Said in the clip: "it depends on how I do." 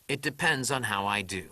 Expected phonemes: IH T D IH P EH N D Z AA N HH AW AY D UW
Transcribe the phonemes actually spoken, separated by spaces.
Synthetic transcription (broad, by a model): IH T D IH P EH N D Z N HH AW AY D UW